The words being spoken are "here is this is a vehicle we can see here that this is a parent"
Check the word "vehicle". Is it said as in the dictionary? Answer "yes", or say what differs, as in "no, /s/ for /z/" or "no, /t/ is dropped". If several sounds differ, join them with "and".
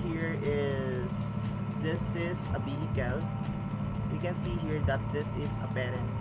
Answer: no, /b/ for /v/